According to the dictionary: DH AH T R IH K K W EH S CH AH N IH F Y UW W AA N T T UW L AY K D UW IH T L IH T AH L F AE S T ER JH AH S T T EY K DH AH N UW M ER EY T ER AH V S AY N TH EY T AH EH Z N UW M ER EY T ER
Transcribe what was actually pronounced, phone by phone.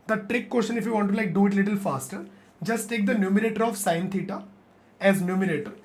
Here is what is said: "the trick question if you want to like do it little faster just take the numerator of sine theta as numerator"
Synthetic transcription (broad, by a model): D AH T R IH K K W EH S SH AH N IH F Y UW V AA N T T UW L AY K D UW IH T L IH T AH L F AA S T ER JH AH S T T EY K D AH N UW M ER EY T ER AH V S AY N T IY T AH EH Z N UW M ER EY T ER